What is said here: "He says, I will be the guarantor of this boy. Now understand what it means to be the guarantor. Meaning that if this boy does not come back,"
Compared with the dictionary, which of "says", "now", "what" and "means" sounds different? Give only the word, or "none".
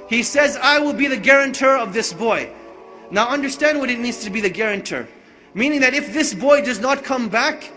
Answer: none